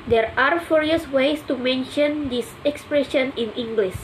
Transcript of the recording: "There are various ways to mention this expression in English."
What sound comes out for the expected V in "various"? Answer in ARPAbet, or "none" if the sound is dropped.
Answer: F